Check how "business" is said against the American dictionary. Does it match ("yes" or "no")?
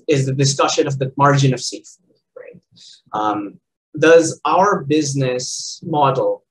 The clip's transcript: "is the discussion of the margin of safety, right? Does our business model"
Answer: yes